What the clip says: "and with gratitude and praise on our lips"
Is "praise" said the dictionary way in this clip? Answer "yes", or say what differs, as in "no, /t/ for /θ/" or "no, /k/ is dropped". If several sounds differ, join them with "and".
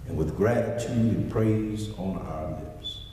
yes